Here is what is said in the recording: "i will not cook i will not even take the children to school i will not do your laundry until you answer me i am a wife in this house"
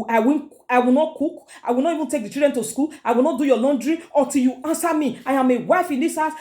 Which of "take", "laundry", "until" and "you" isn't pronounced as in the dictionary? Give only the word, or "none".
until